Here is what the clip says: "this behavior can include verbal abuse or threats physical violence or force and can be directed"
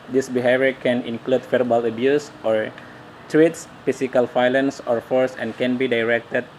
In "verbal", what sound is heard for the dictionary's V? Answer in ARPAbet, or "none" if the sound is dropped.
F